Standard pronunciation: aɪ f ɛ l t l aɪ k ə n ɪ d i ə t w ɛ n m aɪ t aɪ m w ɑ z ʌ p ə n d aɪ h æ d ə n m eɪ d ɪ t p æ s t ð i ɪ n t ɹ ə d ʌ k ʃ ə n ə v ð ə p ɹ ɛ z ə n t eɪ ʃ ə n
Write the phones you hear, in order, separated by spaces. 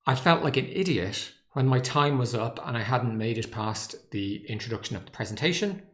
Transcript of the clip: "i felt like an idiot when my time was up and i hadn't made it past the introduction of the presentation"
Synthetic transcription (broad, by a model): aɪ f ɛ l t l aɪ k ə n ɪ d i ə t w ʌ n m aɪ t aɪ m w ɑ z ʌ p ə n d aɪ h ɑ d n m eɪ d ɪ t p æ s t ð i ɪ n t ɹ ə d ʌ k ʃ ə n ə v ð ə p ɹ ɛ z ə n t eɪ ʃ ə n